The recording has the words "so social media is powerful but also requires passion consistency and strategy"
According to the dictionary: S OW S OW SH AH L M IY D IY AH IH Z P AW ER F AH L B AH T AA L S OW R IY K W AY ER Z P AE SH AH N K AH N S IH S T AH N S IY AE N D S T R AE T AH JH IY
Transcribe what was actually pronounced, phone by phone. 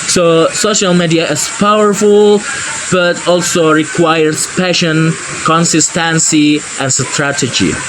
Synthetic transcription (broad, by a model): S OW S OW SH AH L M IY D IY AH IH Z P AW ER F AH L B AH T AA L S OW R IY K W AY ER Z P AE SH AH N K AH N S IH S T AH N S IY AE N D S T R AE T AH JH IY